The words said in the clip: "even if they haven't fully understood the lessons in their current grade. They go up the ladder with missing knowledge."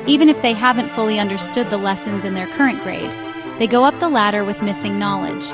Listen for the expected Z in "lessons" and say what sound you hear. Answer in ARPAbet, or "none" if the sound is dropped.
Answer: Z